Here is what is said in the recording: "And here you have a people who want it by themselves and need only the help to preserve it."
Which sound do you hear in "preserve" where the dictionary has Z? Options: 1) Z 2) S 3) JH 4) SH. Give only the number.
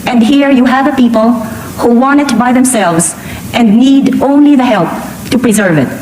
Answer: 1